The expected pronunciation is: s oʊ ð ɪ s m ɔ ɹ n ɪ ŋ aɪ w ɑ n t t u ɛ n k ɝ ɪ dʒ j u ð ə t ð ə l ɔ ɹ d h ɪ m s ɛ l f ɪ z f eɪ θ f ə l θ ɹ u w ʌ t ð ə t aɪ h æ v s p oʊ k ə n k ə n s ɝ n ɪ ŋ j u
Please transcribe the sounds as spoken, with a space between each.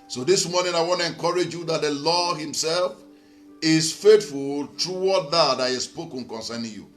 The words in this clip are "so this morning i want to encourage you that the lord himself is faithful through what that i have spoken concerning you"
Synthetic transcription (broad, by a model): s oʊ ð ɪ s m ɔ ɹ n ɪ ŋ aɪ w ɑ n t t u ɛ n k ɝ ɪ dʒ j u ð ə t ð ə l ɔ h ɪ m s ɛ l f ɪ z f eɪ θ f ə l t ɹ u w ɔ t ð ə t aɪ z s p oʊ k ə n k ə n s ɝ n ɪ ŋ j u